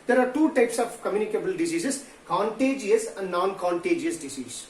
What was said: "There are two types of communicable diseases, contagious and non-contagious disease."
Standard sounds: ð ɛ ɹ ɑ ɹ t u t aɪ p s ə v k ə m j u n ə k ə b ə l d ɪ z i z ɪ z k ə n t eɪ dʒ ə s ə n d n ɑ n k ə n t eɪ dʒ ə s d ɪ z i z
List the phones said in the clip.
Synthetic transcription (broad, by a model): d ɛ ɹ ɑ ɹ t u t aɪ p s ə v k ə m j u n ə k ə b ə l d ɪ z i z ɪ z k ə n t eɪ dʒ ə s ə n d n ɑ n k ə n t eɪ dʒ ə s d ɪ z i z